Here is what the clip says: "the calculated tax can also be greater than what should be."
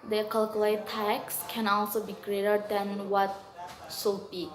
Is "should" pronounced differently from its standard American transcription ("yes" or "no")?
yes